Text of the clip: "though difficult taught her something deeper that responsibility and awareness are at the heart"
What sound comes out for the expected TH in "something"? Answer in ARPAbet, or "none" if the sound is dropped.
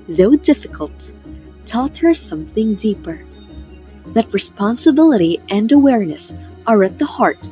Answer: TH